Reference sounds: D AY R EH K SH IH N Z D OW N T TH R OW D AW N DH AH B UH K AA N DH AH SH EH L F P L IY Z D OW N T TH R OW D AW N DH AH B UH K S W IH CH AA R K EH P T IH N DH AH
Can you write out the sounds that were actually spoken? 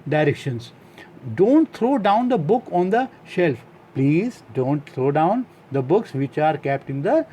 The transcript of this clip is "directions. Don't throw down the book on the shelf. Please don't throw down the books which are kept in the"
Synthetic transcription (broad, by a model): D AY R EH K SH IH N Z D OW N T T R OW D AW N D AH B UH K AA N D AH SH EH L F P L IY Z D OW N T T R OW D AW N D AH B UH K S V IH CH AA R K EH P T IH N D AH